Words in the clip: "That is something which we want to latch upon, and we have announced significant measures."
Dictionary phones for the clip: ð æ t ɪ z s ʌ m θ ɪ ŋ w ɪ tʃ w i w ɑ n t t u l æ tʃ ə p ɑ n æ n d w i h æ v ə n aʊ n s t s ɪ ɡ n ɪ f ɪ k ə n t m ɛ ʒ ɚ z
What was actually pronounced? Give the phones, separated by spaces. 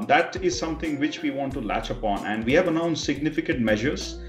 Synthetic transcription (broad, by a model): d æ t ɪ z s ʌ m t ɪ ŋ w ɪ tʃ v i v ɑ n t t u l æ tʃ ə p ɑ n æ n d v i h æ v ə n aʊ n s s ɪ ɡ n ɪ f ɪ k ə n t m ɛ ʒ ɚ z